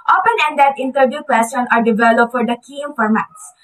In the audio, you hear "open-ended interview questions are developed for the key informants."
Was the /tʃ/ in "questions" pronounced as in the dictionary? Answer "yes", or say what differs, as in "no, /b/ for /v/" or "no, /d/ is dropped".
no, /tʃ/ is dropped